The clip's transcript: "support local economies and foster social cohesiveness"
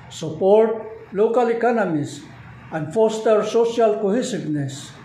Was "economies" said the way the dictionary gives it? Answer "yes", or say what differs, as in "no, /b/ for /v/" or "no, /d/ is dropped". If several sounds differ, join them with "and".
no, /s/ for /z/